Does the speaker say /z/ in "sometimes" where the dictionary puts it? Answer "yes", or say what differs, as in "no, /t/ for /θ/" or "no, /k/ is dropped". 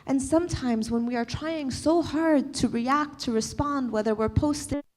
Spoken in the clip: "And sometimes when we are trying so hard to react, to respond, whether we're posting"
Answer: yes